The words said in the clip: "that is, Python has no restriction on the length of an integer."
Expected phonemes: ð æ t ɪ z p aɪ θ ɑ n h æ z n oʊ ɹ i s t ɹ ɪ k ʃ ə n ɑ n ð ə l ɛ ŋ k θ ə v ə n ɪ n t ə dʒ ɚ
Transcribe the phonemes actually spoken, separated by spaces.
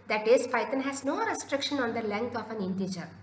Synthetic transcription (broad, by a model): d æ t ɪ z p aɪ t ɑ n h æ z n oʊ ɹ i s t ɹ ɪ k ʃ ə n ɑ n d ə l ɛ ŋ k t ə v ə n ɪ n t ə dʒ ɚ